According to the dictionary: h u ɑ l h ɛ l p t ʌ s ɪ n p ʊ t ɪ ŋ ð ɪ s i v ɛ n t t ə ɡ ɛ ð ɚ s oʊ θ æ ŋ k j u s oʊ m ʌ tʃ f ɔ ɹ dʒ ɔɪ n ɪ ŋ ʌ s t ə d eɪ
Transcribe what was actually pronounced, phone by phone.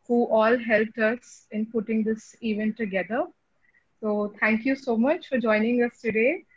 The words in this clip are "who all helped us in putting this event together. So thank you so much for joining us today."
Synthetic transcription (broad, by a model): h u ɑ l h ɛ l p t ʌ s ɪ n p ʊ t ɪ ŋ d ɪ s i v ɛ n t t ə ɡ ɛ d ɚ s oʊ t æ ŋ k j u s oʊ m ʌ tʃ f ɔ ɹ dʒ ɔɪ n ɪ ŋ ʌ s t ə d eɪ